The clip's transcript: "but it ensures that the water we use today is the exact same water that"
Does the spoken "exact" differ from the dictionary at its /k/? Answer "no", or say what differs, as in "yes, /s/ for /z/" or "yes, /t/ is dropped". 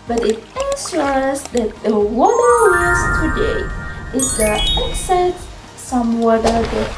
yes, /k/ is dropped